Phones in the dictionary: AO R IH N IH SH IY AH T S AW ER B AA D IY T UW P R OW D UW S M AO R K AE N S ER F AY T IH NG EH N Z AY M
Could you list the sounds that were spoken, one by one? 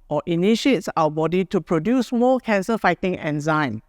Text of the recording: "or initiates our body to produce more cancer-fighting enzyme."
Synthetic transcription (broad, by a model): AO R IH N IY SH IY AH T S AW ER B AA D IY T UW P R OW D UW S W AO L K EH N S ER F AY T IH NG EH N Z AY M